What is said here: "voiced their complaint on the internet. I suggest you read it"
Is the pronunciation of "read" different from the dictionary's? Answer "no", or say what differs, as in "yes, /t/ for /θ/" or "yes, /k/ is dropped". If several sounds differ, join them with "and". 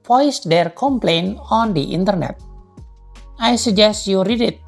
no